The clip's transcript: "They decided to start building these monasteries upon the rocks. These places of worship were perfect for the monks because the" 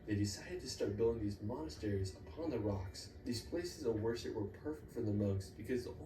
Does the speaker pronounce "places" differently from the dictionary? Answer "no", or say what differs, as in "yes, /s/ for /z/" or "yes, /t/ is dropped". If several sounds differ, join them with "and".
no